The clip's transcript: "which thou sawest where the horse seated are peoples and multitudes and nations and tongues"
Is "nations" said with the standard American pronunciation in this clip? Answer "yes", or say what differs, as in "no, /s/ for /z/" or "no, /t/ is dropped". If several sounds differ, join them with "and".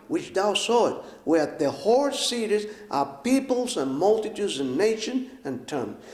no, /z/ is dropped